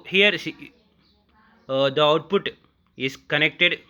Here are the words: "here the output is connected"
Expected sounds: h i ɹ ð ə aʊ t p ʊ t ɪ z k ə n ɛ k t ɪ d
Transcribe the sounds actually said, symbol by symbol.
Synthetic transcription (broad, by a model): h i ɹ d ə aʊ t p ʊ t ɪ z k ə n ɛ k t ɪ d